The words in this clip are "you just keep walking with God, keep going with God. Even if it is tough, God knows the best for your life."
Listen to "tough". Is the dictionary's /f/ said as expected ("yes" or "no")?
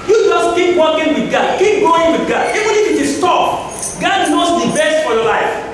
no